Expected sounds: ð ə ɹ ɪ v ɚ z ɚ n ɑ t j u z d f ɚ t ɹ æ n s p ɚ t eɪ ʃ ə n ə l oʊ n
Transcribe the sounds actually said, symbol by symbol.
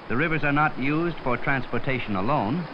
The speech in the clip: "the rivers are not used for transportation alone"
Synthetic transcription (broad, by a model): ð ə ɹ ɪ v ɚ z ɚ n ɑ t j u z d f ɚ t ɹ æ n s p ɚ t eɪ ʃ ə n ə l oʊ n